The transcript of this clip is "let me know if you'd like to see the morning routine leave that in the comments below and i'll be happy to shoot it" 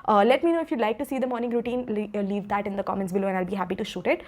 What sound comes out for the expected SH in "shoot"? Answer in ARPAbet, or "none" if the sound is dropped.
SH